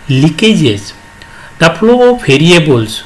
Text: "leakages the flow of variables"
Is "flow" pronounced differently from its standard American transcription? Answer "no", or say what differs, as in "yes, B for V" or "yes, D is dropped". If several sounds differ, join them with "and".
yes, P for F